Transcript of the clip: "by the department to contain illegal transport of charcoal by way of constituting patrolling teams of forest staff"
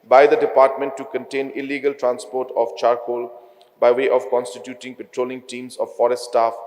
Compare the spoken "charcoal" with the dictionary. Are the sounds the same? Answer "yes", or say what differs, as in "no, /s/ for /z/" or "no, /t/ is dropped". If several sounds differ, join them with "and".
yes